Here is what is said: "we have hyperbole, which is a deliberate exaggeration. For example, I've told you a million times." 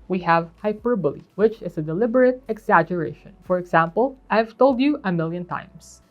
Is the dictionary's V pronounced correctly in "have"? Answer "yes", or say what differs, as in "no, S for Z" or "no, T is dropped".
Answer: yes